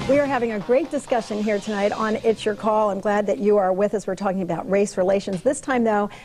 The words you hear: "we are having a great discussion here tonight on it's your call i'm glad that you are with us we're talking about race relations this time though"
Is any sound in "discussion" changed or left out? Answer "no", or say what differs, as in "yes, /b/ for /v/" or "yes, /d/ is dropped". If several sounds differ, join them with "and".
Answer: no